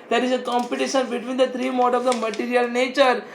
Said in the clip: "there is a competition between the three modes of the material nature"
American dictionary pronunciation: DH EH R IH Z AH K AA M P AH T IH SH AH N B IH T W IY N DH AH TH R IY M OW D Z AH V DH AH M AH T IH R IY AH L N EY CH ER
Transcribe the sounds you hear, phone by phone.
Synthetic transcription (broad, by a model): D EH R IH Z AH K AA M P AH T IH SH AH N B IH T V IY N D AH T R IY M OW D AH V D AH M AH T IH R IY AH L N EY CH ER